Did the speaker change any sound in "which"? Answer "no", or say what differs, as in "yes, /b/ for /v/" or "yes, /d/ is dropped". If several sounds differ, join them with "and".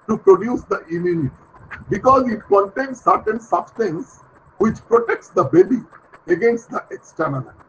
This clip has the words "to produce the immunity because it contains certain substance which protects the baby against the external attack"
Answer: no